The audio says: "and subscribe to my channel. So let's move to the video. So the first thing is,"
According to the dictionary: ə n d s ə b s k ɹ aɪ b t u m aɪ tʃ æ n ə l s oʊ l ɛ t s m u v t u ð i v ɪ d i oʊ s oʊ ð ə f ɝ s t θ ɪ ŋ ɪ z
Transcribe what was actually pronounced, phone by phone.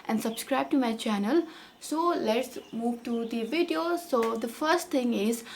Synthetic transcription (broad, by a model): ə n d s ə b s k ɹ aɪ b t u m aɪ tʃ æ n ə l s oʊ l ɛ t s m u v t u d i v ɪ d i oʊ s oʊ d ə f ɝ s t t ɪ ŋ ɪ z